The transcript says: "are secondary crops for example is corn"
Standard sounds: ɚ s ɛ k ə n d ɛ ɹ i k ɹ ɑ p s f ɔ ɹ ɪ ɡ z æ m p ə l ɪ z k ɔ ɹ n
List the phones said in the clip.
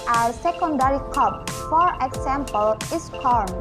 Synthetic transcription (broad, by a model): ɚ s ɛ k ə n d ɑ ɹ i k ɑ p f ɔ ɹ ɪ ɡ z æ m p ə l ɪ s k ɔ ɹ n